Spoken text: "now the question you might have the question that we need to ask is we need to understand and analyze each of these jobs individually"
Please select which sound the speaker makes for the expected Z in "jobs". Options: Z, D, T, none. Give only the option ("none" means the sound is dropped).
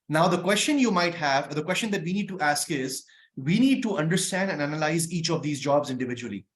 Z